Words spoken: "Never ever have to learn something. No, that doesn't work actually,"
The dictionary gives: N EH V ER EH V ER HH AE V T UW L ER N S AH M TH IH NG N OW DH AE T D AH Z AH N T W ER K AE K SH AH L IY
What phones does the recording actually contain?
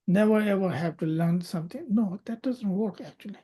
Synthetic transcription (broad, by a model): N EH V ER EH V ER HH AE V T UW L ER N S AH M T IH NG N OW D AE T D AH Z AH N T W ER K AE K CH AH L IY